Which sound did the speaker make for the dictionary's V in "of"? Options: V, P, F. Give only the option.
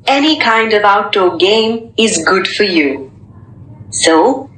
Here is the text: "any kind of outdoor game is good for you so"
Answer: V